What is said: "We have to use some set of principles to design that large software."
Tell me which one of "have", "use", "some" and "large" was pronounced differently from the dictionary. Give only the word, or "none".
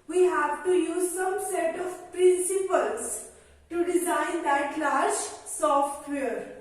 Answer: large